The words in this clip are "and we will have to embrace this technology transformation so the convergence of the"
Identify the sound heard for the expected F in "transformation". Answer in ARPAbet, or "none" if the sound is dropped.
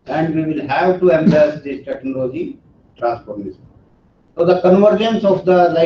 P